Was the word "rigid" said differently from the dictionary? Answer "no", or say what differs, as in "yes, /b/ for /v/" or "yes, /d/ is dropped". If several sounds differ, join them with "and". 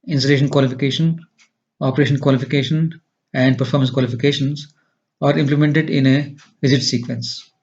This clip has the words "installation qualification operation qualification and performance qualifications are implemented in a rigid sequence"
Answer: yes, /z/ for /dʒ/